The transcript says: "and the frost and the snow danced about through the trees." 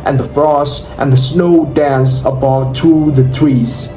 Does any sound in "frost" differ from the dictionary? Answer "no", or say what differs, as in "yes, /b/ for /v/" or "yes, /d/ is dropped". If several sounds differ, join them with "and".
no